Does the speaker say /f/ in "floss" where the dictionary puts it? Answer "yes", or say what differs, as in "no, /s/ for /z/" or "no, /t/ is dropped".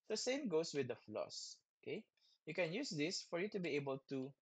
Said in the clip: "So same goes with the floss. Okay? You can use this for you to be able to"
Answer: yes